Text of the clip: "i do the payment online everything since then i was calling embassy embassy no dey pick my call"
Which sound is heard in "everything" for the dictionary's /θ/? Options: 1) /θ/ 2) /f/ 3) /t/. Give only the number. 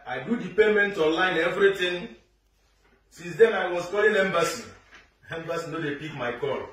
3